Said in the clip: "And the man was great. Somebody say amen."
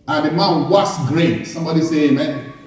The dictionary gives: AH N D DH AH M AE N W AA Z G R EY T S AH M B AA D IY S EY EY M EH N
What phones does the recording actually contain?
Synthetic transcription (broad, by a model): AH N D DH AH M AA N W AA S G R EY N S AH M B AA D IY S EY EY M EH N